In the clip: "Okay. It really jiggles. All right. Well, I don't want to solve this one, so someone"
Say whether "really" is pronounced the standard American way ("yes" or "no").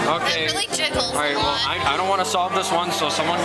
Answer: no